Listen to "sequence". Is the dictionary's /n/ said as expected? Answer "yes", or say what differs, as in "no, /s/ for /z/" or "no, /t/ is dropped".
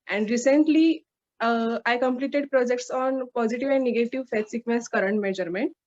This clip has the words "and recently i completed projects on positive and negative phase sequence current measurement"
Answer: no, /n/ is dropped